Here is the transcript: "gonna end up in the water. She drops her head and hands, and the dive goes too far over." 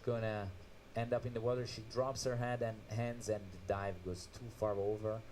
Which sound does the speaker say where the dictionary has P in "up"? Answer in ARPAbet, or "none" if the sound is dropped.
P